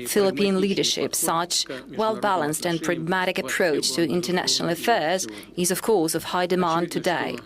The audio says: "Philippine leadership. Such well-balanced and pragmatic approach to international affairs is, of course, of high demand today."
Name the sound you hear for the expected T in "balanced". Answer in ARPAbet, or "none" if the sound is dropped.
T